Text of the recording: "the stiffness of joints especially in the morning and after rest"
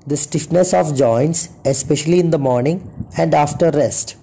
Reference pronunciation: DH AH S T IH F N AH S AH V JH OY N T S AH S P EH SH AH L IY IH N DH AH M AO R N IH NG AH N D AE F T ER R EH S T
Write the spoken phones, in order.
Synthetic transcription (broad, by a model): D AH S T IH F N AH S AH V JH OY N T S AH S P EH SH AH L IY IH N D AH M AO R N IH NG AH N D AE F T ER R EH S T